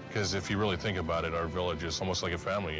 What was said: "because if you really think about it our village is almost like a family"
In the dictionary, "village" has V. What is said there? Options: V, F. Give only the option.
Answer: V